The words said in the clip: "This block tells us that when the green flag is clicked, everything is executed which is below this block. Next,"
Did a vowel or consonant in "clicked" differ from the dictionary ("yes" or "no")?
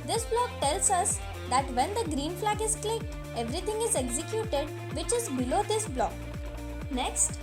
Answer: no